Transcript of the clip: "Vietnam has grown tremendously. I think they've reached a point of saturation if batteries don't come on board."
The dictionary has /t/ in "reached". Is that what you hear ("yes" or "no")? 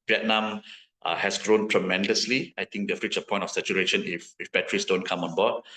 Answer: no